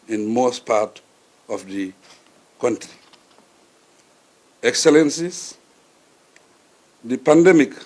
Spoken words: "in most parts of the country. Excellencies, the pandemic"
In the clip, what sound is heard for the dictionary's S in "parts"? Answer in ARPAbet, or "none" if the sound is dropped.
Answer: none